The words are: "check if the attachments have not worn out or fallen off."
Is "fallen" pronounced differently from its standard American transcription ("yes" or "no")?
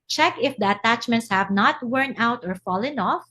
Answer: no